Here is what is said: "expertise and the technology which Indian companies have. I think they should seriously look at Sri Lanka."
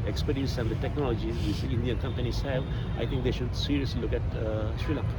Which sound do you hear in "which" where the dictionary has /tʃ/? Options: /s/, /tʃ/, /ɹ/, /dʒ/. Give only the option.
/s/